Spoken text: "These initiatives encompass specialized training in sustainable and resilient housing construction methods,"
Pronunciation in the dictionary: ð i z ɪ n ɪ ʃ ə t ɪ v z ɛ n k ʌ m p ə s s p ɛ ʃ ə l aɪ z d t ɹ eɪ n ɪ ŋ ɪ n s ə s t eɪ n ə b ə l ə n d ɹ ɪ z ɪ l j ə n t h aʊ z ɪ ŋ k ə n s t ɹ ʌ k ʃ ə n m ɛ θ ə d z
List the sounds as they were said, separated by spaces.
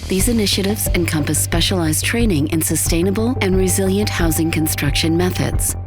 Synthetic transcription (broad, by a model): ð i z ɪ n ɪ ʃ ə t ɪ v z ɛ n k ʌ m p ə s s p ɛ ʃ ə l aɪ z t ɹ eɪ n ɪ ŋ ɪ n s ə s t eɪ n ə b ə l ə n ɹ ɪ z ɪ l j ə n t h aʊ z ɪ ŋ k ə n s t ɹ ʌ k ʃ ə n m ɛ θ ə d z